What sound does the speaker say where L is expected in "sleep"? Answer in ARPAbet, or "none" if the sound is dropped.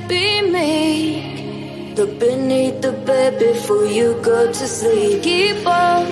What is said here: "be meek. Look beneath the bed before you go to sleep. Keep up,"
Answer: none